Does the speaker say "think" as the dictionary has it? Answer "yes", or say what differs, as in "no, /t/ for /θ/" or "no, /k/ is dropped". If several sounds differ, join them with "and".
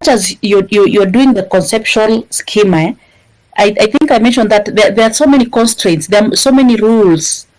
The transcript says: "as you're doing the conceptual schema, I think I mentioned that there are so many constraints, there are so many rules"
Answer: yes